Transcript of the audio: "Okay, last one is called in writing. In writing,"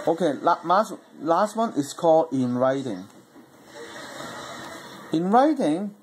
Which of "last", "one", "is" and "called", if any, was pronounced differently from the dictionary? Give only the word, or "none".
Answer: is